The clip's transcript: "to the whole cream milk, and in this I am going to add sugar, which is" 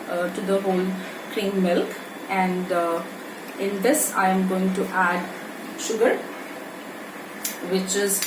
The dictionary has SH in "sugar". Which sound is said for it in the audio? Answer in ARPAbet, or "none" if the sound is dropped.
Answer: SH